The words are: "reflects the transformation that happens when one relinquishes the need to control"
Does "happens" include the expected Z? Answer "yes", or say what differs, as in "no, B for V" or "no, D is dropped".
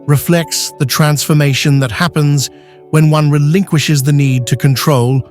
yes